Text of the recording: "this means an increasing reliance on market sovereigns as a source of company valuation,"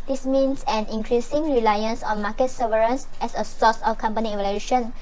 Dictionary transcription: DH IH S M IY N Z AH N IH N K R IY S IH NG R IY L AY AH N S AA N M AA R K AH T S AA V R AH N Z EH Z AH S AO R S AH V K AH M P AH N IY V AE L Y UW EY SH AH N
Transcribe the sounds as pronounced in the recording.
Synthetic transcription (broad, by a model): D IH S M IY N S AH N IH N K R IY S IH NG R IY L AY AH N S AA N M AA K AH T S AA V R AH N S EH S AH S AO S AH F K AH M P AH N IY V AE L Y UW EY SH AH N